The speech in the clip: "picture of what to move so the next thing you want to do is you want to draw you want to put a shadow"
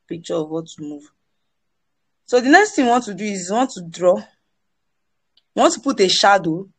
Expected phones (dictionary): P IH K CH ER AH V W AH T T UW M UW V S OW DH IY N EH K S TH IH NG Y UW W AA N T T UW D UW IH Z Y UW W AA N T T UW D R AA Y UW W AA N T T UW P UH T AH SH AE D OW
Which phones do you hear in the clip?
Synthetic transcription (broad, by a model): P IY K CH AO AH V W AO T T UW M UW V S OW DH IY N EH K S T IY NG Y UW W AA N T T UW D UW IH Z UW W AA N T T UW D R AA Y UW W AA N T T UW P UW T AH SH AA D OW